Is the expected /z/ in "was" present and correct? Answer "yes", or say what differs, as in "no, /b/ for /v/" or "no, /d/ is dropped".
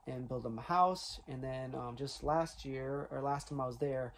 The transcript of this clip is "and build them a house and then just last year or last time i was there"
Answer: yes